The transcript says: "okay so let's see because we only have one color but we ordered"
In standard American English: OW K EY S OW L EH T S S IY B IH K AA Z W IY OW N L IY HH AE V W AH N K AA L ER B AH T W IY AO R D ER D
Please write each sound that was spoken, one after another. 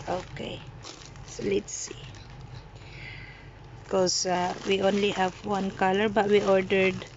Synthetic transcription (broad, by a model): OW K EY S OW L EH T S S IY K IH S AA W IY OW N L IY HH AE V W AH N K AA L ER B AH T W IY AO R D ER D